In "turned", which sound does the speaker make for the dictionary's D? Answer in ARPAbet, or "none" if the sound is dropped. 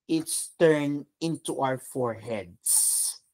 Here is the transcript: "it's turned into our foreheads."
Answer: none